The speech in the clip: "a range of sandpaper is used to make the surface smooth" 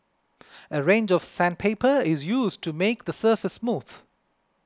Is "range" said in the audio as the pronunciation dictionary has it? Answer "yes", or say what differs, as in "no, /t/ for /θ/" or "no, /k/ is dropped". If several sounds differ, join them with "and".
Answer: yes